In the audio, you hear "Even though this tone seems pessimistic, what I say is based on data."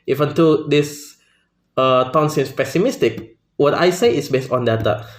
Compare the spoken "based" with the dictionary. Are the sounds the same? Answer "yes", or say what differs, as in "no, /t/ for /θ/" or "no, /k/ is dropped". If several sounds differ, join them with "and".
yes